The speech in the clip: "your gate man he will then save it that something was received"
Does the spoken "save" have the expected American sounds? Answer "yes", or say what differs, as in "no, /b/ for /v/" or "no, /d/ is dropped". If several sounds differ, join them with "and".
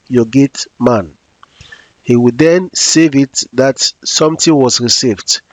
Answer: yes